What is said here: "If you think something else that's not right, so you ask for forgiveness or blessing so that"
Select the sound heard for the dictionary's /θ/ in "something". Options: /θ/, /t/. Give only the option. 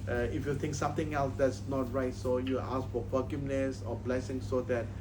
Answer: /t/